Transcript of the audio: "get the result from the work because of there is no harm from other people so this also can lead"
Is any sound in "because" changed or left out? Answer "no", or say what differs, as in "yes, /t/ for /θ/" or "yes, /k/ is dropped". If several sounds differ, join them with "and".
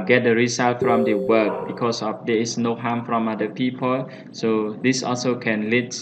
yes, /s/ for /z/